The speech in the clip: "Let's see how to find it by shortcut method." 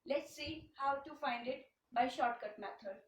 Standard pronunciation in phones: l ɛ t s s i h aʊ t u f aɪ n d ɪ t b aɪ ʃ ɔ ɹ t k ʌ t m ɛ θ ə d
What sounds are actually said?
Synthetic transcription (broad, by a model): l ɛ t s s i h aʊ t u f aɪ n d ɪ t b aɪ ʃ ɔ ɹ t k ʌ t m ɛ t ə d